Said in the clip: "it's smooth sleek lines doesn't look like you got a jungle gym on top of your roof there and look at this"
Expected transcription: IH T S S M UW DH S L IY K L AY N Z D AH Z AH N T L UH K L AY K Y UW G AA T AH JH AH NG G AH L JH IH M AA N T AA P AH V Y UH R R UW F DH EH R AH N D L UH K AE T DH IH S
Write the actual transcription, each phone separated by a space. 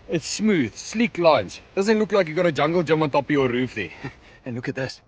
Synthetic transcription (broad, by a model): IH T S S M UW DH S L IY K L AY N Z D AH Z AH N T L UH K L AY K Y UW G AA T AH JH AH NG G AH L JH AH M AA N T AA P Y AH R R UW F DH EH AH N L UH K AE T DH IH S